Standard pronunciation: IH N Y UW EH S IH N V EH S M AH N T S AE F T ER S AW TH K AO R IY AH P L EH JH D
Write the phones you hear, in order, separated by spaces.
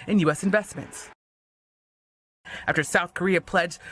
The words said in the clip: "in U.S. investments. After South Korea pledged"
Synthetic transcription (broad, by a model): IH N Y UW EH S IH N V EH S M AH N T S AE F T ER S AW TH K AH R IY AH P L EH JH